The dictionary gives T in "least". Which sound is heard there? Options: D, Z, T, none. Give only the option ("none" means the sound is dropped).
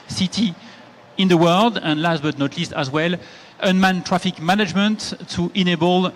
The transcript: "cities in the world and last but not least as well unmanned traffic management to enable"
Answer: T